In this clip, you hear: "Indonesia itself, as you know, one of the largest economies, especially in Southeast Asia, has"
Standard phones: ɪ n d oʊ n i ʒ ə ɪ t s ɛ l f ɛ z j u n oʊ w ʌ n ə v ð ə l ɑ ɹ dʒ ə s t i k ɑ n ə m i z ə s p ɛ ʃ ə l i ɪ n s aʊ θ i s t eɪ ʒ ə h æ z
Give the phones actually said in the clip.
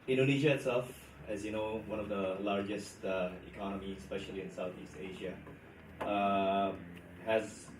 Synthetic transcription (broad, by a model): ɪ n d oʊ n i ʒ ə ɪ t s ɛ l f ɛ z j u n oʊ w ʌ n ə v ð ə l ɑ ɹ dʒ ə s t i k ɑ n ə m i ə s p ɛ ʃ ə l i ɪ n s aʊ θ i s t eɪ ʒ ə h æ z